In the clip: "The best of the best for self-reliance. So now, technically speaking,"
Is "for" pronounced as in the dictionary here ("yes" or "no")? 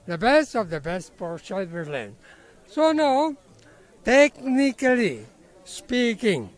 no